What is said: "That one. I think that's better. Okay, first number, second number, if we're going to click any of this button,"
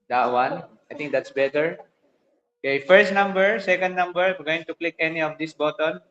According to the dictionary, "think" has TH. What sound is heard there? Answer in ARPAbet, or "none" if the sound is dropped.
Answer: T